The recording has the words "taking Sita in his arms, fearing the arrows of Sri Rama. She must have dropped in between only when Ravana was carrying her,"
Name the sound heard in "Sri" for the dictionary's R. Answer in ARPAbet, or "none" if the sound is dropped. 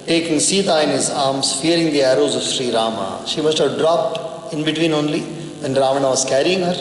R